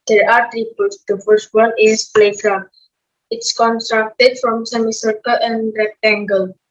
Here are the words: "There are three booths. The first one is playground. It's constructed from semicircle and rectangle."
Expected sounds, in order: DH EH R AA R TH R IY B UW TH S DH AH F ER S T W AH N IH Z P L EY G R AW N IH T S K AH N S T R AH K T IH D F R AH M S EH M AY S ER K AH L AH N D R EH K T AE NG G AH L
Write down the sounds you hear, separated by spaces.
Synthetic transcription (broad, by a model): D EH R AA R T R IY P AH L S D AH F ER S T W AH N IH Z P L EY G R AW IH T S K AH N S T R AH K T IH D F R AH M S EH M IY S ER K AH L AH N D R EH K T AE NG G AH L